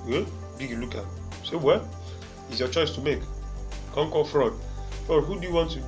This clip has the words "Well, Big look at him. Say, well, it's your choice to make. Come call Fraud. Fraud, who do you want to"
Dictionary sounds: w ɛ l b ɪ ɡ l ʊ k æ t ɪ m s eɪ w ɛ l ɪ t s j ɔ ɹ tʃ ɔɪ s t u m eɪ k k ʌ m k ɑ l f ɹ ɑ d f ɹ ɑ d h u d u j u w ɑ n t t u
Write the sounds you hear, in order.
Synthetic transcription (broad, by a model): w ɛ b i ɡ l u k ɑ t s eɪ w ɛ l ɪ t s j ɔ tʃ ɔɪ s t u m eɪ k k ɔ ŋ k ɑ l f ɹ ɑ d f ɹ ɑ d h u d u j u w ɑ n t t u